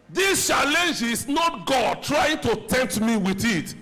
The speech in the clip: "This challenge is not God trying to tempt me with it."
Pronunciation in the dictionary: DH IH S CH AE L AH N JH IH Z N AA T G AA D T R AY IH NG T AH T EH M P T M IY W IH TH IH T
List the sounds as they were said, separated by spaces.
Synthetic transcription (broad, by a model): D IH S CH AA L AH N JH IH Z N AA T G AA D T R AY IH NG T AH T EH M T M IY W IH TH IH T